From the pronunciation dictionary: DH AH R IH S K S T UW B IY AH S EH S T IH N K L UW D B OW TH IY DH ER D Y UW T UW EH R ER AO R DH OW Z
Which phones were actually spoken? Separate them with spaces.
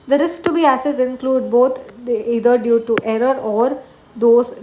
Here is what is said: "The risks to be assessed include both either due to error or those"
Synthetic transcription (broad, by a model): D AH R IH S K T UW B IY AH S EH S IH N K L UW D B OW T IY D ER D Y UW T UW EH R ER AO R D OW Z